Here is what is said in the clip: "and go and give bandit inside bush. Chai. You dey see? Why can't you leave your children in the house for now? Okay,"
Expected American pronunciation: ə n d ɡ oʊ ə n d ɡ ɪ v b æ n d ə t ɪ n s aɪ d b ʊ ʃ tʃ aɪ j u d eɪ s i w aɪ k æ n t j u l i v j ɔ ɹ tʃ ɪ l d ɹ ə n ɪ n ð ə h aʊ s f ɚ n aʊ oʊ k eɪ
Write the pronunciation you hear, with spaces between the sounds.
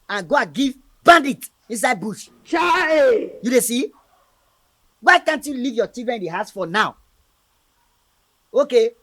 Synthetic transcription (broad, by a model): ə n ɡ oʊ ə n ɡ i v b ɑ n d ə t ɪ n s aɪ d b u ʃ tʃ aɪ j u d eɪ s i w aɪ k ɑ n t j u l i v j ɔ tʃ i d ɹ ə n ɪ n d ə h aʊ s f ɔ n aʊ oʊ k eɪ